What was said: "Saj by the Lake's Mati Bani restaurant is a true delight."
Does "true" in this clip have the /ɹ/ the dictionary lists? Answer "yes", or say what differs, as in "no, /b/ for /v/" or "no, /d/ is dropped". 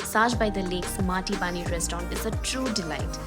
yes